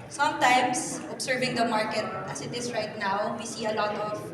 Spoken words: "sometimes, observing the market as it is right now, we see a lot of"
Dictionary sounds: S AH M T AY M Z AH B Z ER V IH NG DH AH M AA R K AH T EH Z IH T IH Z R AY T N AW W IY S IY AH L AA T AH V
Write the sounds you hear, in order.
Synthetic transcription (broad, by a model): S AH M T AY M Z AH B S ER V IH NG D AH M AA R K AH T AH S IH T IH S R AY T N AW W IY S IY AH L AA T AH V